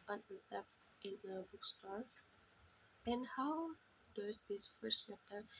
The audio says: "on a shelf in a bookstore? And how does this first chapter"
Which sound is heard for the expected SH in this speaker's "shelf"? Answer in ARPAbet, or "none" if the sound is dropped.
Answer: S